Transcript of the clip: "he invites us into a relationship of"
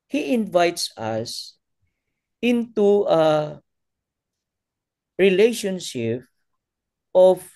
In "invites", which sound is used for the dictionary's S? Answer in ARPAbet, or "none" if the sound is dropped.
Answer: S